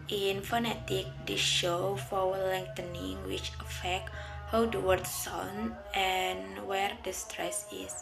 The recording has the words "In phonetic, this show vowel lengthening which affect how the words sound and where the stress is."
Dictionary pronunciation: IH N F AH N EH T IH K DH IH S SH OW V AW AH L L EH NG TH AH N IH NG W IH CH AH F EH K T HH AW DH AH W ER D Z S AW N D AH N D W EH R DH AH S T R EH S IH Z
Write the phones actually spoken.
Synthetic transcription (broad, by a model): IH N F AH N EH T IH K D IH SH OW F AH W L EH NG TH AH N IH NG W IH CH AH F EH K T HH AW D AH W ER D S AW N AH N W EH R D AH S T R EH S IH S